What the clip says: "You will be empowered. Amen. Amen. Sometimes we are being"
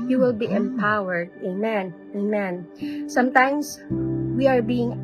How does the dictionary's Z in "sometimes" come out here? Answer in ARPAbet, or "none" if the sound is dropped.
S